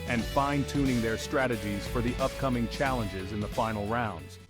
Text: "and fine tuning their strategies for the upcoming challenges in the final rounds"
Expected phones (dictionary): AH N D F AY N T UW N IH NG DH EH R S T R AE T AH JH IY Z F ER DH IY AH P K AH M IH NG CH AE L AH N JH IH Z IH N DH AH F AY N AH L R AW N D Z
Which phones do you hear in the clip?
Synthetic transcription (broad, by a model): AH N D F AY N T UW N IH NG DH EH R S T R AE T AH JH IY Z F ER DH IY AH P K AH M IH NG CH AE L AH N JH IH Z IH N DH AH F AY N L R AW N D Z